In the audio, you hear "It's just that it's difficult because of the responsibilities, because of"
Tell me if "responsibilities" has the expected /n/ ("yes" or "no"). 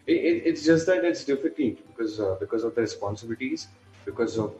yes